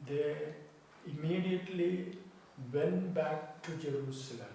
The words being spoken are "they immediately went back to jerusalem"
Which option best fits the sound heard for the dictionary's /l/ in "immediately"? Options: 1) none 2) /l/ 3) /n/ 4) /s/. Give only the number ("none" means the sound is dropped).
2